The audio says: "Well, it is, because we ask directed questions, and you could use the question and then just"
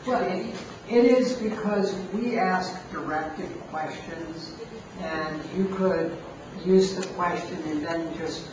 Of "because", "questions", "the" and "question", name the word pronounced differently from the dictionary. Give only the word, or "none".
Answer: none